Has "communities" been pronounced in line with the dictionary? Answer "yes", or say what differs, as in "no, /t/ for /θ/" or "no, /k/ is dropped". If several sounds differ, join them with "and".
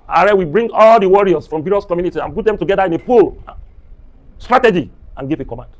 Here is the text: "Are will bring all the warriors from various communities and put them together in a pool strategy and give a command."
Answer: no, /z/ is dropped